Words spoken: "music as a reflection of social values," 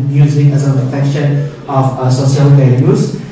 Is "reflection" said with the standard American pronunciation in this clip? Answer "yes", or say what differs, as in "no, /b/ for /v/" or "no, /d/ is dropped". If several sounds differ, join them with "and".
no, /l/ is dropped